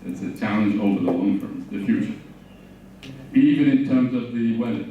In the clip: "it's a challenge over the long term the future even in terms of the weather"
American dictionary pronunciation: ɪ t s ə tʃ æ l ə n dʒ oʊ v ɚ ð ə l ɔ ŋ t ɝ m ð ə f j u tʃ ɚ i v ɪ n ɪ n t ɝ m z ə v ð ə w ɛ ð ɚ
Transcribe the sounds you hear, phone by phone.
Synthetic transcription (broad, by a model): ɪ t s ə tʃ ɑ ə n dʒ oʊ v ɚ ð ə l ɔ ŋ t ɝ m ð ə f j u tʃ ɚ i v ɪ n ɪ n t ɝ m z ə v ð ə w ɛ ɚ